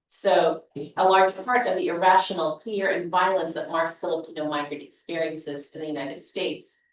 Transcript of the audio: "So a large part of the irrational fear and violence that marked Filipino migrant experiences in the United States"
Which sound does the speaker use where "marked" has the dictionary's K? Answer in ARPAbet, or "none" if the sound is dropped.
none